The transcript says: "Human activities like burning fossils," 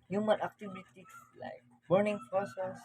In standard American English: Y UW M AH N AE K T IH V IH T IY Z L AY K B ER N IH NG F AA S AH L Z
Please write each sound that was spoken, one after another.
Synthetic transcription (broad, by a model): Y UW M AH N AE K T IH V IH T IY S L AY K B ER N IH NG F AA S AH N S